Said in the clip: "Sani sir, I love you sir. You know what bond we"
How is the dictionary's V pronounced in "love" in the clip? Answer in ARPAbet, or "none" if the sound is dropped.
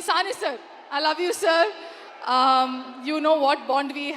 V